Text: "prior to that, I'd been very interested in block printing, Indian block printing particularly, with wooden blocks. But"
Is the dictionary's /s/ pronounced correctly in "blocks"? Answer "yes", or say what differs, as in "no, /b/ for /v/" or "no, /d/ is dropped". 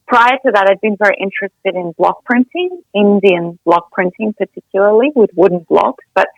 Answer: no, /s/ is dropped